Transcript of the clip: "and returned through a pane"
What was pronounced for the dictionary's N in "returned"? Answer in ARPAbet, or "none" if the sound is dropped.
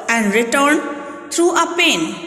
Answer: N